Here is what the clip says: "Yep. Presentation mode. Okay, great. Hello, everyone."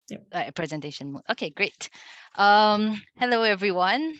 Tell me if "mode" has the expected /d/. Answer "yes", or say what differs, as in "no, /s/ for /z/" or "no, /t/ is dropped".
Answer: no, /d/ is dropped